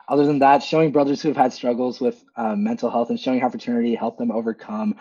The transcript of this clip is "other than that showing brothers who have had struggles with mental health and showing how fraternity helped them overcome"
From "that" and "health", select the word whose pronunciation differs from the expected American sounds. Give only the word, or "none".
none